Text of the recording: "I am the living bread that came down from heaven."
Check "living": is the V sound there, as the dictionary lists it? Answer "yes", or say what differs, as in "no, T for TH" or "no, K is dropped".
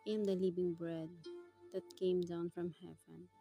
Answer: no, B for V